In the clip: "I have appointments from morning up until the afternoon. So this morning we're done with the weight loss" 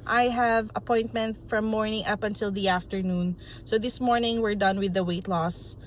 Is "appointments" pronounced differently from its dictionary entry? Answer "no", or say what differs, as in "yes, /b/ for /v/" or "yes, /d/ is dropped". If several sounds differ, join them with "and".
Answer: yes, /s/ is dropped